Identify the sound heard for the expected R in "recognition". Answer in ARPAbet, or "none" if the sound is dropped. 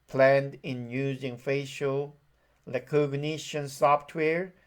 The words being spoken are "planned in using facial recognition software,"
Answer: L